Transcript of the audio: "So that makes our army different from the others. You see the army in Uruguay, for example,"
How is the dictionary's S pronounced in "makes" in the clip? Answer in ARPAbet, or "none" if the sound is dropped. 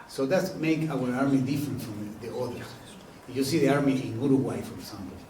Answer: none